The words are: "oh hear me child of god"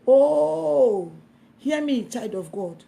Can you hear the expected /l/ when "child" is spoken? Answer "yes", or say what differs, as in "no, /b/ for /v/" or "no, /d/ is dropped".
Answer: no, /l/ is dropped